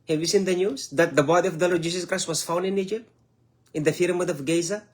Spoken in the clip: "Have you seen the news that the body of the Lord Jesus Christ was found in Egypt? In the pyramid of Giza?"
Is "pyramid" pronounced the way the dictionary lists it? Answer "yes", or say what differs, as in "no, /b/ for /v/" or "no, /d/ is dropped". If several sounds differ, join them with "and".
no, /f/ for /p/